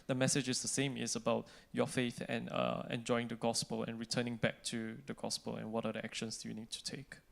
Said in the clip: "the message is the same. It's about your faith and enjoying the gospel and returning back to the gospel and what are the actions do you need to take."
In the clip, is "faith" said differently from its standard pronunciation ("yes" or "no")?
no